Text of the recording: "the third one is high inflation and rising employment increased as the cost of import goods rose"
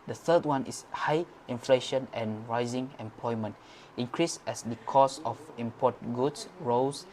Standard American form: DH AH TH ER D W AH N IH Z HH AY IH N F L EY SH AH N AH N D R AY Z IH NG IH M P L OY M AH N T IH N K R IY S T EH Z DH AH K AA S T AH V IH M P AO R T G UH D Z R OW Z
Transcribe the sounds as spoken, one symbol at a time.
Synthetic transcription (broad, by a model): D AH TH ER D W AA N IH S HH AY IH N F L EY SH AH N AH N R AY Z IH NG IH M P L OY M AH N T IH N K R IY S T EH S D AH K AA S AH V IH M P AO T G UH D S R OW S